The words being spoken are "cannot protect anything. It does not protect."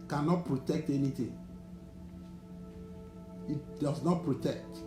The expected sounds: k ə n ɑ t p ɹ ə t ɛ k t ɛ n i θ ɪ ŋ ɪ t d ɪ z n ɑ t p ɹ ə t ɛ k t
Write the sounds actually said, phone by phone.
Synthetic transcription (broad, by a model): k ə n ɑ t p ɹ ə t ɛ k t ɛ n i t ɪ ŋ ɪ t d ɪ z n ɑ t p ɹ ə t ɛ k t